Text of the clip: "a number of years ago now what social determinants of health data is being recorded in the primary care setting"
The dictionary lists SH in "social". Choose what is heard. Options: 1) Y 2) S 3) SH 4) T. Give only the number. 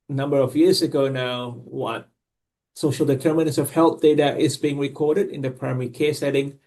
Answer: 3